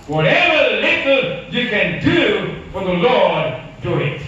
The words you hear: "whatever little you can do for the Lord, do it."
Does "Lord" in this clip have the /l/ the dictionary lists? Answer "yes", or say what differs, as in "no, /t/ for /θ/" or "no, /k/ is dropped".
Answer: yes